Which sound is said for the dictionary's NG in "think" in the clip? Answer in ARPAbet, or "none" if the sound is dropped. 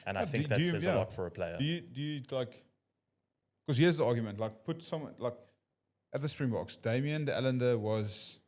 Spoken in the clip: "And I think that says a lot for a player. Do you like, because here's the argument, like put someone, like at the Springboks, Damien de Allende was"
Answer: none